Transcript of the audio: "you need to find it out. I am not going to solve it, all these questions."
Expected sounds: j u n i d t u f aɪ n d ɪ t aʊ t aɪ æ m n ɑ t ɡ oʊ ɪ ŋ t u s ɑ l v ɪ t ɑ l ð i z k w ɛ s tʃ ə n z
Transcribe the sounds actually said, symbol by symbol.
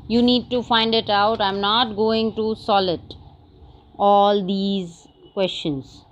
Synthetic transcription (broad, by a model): j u n i d t u f aɪ n d ɪ t aʊ t aɪ m n ɑ t ɡ oʊ ɪ ŋ t u s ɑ l ɪ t ɑ l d i z k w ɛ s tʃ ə n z